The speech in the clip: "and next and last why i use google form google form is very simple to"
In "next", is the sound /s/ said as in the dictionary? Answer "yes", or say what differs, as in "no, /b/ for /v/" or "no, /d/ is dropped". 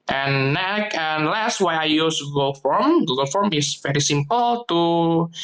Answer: no, /s/ is dropped